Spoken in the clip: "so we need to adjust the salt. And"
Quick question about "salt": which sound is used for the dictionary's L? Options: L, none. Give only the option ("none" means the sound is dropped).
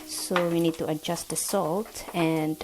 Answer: L